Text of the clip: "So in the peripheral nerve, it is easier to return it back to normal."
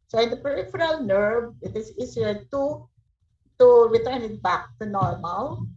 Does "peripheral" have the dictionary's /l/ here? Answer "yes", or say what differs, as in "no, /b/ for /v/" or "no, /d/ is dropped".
yes